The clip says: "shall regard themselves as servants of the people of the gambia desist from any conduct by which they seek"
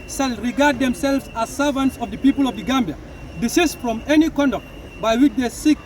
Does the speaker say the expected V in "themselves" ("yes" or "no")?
yes